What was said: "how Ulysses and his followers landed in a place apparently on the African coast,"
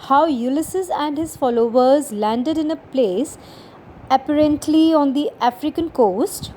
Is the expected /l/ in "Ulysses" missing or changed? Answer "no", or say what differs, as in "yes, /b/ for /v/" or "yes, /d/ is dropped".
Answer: no